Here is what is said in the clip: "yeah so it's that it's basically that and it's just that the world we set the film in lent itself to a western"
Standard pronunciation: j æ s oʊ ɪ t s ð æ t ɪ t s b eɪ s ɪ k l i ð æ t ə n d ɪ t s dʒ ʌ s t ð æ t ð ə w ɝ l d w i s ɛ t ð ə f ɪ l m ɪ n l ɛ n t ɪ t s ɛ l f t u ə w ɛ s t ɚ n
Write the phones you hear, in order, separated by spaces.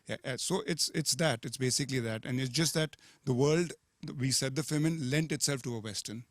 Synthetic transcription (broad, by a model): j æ s oʊ ɪ t s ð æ t ɪ t s b eɪ s ɪ k l i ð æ t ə n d ɪ t s dʒ ʌ s t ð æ t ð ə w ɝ l d w i s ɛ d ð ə f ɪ m ɪ n l ɛ n t ɪ t s ɛ l f t u ə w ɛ s t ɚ n